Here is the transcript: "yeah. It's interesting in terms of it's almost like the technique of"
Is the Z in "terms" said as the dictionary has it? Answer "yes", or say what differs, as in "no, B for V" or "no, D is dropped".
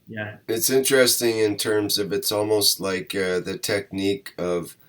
yes